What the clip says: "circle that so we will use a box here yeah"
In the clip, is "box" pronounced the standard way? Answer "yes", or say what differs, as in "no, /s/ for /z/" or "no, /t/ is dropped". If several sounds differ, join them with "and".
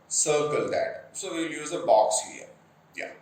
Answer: yes